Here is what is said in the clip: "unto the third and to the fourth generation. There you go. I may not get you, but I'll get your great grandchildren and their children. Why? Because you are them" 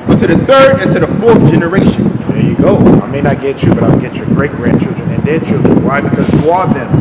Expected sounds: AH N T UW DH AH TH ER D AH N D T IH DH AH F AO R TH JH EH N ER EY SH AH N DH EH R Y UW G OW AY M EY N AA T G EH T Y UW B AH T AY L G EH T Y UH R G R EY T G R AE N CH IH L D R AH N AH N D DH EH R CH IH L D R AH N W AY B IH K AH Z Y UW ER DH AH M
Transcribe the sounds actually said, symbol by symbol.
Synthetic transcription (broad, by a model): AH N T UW DH AH TH ER D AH N T IH DH AH F AO R TH JH EH N ER EY SH AH N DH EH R Y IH G OW AY M EY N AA T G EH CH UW B AH T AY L G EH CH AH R G R EY T G R AE N CH IH L D R AH N AH N D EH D CH IH L D R AH N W AY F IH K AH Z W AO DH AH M